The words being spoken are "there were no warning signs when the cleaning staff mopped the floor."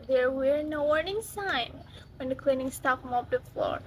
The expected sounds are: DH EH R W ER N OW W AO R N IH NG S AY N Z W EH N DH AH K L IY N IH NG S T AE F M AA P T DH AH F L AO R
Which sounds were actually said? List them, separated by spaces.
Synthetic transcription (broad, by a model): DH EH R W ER N OW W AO R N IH NG S AY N W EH N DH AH K L IY N IH NG S T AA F M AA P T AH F L AO R